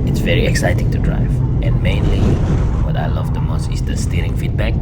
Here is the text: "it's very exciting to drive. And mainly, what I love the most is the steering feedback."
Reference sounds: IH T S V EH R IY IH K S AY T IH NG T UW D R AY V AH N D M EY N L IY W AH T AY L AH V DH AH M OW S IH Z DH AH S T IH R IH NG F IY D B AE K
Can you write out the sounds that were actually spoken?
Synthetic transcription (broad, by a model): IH T S V EH R IY IH K S AY T IH NG T UW D R AY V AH N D M EY N L IY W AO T AY L AH V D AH M OW S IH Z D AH S T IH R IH NG F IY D B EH K